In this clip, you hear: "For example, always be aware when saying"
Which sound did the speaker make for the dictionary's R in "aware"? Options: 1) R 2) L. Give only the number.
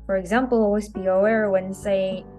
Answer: 1